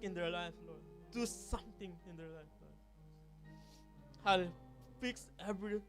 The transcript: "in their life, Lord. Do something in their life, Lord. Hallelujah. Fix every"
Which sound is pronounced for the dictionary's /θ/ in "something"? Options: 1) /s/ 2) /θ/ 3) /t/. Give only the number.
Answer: 3